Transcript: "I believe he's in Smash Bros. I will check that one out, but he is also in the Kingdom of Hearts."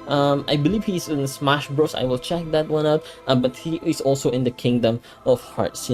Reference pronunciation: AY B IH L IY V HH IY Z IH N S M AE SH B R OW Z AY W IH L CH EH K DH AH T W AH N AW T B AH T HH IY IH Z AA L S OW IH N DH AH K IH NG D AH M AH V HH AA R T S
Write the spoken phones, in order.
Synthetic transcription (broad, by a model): AY B IH L IY V HH IY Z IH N S M AE SH B R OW S AY W IH L CH EH K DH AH T W AH N AW T B AH T HH IY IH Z AA L S OW IH N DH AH K IH NG D AH M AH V HH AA R T S